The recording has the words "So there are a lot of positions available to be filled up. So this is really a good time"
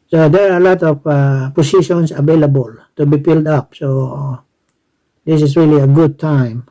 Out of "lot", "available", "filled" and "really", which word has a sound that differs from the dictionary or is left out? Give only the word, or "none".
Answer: filled